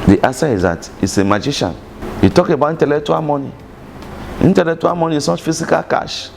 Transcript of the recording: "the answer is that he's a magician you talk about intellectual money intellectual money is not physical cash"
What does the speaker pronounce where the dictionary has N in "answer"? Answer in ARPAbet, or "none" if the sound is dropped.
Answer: none